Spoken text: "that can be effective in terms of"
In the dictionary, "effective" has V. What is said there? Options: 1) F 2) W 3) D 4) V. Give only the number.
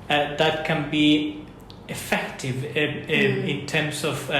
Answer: 4